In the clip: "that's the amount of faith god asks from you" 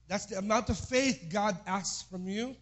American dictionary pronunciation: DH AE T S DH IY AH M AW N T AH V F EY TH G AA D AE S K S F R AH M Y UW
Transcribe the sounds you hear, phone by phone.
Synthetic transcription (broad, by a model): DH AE T S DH IY AH M AW N T AH V F EY TH G AA D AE S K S F R AH M Y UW